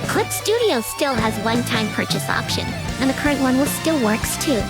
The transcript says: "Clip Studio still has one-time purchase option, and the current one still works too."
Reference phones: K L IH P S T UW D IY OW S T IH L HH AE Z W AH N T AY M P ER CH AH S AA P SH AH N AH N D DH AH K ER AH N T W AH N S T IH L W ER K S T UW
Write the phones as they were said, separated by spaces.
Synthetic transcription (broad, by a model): K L IH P S T UW D IY OW S T IH L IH Z W AH N T AY M P ER CH AH S AA P SH AH N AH N DH AH K ER AH N T W AH N S T IH L W ER K S T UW